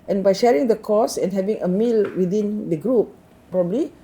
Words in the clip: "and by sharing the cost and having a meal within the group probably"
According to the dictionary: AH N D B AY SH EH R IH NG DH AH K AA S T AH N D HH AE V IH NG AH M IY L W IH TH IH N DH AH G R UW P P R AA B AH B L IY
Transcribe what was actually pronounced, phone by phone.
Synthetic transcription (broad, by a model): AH N B AY SH EH R IH NG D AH K AA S AH N HH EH V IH NG AH M IY L W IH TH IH N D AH G R UW P P R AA B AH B L IY